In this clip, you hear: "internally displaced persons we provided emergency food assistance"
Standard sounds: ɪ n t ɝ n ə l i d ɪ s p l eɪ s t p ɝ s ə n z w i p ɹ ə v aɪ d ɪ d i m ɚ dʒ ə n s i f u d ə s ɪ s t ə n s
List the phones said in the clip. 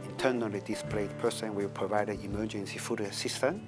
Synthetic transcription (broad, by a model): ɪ n t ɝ n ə l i d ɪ s p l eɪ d p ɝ s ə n w i p ɹ ə v aɪ d ɪ d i m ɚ dʒ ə n s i f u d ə s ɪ s t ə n